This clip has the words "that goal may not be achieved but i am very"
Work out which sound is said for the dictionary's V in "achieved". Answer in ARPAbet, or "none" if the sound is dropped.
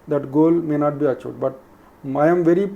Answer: none